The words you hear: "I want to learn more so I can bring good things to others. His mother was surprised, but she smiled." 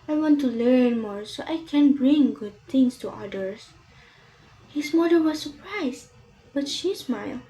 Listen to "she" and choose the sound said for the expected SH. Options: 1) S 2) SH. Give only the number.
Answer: 2